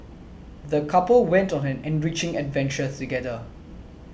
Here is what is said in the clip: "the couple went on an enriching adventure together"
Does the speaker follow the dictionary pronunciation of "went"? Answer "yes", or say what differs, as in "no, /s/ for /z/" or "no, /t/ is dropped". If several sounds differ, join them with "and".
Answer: yes